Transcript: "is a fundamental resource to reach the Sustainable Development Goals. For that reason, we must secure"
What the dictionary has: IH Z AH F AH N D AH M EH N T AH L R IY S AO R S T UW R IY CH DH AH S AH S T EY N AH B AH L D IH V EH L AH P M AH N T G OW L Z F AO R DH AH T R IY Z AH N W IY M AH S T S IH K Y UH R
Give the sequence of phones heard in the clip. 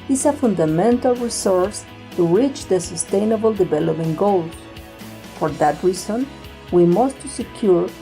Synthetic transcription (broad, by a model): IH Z AH F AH N D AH M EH N T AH L R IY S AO R S T UW R IY CH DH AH S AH S T EY N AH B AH L D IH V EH L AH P AH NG G OW L F AO R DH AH T R IY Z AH N W IY M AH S T S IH K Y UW R